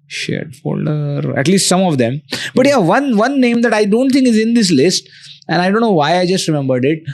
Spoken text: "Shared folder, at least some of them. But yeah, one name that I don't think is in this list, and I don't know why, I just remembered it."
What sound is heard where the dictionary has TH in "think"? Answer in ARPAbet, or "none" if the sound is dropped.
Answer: T